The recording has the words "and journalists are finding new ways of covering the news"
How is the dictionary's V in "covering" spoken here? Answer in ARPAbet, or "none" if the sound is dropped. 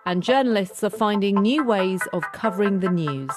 V